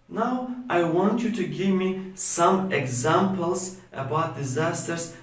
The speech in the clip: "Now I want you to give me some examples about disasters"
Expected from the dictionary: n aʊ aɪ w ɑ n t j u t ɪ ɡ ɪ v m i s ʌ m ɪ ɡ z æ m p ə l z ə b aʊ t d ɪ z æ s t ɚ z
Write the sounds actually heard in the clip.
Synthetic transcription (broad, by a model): n aʊ aɪ w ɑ n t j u t ɪ ɡ ɪ v m i s ʌ m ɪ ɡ z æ m p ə l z ə b aʊ t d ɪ z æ s t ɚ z